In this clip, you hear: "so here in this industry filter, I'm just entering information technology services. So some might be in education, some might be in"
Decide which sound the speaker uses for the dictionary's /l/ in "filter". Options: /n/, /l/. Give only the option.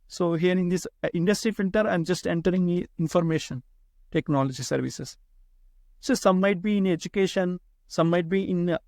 /n/